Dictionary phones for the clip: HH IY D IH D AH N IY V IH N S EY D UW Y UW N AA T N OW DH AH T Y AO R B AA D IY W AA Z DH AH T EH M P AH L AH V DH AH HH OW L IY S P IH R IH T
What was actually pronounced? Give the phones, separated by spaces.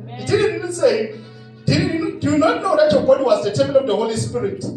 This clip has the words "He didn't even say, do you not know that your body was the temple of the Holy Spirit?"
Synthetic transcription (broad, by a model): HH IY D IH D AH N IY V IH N S EY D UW Y UW N AA T N OW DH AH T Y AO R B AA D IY W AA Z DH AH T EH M AH N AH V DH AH HH OW L IY S P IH R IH T